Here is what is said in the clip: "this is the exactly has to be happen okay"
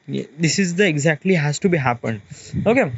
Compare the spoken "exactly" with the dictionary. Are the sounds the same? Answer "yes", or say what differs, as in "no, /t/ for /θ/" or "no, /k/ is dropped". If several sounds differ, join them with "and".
yes